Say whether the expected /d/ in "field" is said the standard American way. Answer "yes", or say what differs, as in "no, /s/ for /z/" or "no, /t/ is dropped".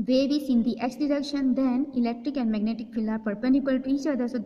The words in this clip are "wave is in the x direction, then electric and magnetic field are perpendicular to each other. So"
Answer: no, /d/ is dropped